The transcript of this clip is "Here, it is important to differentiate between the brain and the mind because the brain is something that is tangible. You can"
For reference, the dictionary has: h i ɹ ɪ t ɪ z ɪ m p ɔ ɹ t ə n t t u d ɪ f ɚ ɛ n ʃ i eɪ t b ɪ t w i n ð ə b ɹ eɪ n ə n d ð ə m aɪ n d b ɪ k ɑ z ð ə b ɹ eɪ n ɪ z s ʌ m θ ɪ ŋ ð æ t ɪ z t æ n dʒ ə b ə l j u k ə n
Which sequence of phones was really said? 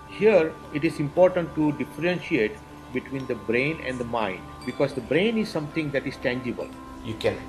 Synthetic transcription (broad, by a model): h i ɹ ɪ t ɪ z ɪ m p ɔ ɹ t ə n t t u d ɪ f ɚ ɛ n ʃ i eɪ t b ɪ t w i n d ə b ɹ eɪ n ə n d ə m aɪ n d b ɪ k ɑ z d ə b ɹ eɪ n ɪ z s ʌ m t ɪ ŋ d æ t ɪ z t æ n dʒ ə b ə l j u k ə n